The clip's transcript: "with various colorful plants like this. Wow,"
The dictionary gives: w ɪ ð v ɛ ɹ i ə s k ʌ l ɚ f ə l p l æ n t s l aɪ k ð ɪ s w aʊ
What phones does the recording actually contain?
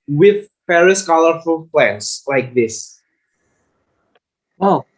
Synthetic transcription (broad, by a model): w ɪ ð p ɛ ɹ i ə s k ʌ l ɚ f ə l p l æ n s l aɪ k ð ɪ s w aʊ